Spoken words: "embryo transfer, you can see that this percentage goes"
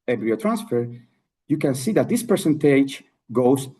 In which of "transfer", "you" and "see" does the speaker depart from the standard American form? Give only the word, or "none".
none